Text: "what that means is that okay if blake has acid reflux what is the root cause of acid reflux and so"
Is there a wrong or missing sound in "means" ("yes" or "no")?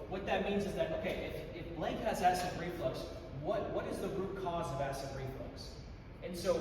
no